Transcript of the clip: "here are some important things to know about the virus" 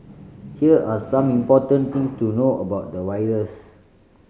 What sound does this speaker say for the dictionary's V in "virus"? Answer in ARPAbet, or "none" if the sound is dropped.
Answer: W